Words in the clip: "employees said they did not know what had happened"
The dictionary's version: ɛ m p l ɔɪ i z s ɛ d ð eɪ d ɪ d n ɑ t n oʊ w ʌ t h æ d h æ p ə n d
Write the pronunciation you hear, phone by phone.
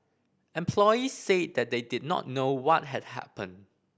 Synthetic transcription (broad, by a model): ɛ m p l ɔɪ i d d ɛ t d eɪ d ɪ d n ɑ t n oʊ w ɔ t h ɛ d h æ p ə n